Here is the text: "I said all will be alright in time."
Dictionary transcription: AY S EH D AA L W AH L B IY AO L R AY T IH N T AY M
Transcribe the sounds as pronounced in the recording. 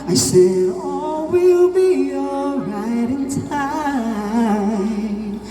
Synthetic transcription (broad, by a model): AY S EH D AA W AH L B IY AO R AY T IH N T AY